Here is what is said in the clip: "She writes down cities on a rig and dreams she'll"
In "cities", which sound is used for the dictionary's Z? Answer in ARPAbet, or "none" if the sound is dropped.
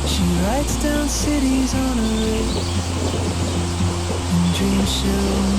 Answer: Z